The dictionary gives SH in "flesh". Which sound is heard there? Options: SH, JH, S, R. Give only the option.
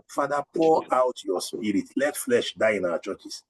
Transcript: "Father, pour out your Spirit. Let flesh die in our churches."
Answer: SH